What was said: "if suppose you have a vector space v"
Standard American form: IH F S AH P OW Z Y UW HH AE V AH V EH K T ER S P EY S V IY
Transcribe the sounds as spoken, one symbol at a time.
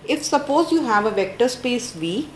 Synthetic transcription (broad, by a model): IH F S AH P OW Z Y UW HH AE V AH V EH K T ER S P EY S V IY